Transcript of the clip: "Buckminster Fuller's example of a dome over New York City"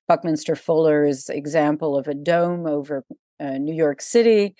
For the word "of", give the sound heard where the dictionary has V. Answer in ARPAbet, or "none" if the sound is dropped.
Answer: V